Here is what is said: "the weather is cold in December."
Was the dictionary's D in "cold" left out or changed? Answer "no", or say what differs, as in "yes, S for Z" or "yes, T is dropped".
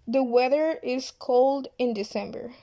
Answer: no